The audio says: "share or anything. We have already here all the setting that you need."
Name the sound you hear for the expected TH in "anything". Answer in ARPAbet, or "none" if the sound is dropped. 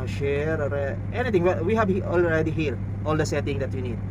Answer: T